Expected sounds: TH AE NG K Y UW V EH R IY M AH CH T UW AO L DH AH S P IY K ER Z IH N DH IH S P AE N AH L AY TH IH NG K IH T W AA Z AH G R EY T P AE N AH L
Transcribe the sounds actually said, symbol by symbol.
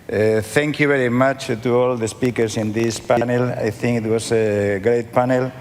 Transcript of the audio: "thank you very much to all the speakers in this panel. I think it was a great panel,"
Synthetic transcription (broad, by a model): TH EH NG K Y UW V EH R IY M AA CH T UW AO L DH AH S P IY K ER S IH N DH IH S P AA N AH L AY TH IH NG K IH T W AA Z AH G R EY T P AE N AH L